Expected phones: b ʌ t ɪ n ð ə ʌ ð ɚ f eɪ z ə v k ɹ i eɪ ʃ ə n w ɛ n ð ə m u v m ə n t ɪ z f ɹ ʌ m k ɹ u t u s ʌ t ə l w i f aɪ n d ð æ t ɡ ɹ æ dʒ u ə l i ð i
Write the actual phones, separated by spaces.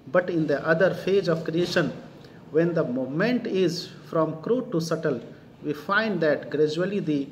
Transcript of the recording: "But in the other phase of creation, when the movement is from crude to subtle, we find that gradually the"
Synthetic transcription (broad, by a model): b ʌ t ɪ n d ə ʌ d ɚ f eɪ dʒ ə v k ɹ i eɪ ʃ ə n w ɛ n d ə m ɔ m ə n t ɪ z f ɹ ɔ m k ɹ u t u s ʌ t ə l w i f aɪ n d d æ t ɡ ɹ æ dʒ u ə l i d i